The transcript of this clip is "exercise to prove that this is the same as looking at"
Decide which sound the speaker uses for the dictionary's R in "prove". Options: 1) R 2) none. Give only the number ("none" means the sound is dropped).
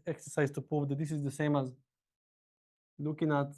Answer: 2